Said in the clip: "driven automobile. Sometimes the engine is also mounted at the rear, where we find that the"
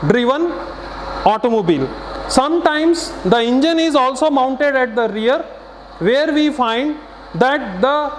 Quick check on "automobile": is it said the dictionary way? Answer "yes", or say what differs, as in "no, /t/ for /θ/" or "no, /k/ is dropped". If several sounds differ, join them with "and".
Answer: yes